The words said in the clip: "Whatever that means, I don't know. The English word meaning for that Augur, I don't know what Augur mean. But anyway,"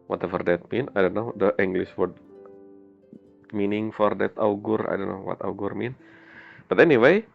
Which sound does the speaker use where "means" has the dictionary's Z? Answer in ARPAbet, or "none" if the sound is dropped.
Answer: none